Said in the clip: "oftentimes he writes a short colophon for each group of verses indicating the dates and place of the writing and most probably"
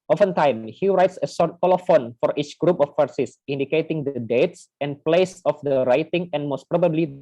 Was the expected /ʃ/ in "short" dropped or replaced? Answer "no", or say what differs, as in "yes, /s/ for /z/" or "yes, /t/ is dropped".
yes, /s/ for /ʃ/